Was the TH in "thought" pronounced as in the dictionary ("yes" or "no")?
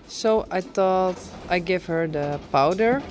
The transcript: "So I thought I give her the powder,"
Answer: no